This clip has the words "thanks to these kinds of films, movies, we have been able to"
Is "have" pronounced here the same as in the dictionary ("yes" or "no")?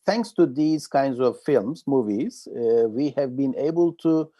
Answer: yes